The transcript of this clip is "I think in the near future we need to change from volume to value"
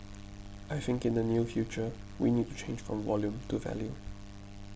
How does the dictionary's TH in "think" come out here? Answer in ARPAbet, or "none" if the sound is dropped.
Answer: TH